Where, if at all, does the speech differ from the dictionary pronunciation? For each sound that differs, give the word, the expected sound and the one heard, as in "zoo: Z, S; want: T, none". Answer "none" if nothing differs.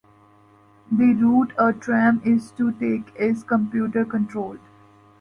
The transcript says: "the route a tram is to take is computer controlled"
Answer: controlled: D, none